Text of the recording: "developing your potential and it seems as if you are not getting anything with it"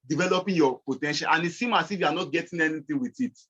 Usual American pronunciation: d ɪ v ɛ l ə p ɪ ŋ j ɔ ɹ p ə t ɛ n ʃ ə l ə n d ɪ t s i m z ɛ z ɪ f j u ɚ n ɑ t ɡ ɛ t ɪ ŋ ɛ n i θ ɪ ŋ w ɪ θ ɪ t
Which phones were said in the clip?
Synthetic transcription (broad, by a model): d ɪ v ɛ l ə p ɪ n j ɔ p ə t ɛ n ʃ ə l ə n ɪ t s i m ɑ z ɪ f j u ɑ n ɑ t ɡ ɛ t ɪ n ɛ n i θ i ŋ w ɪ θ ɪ t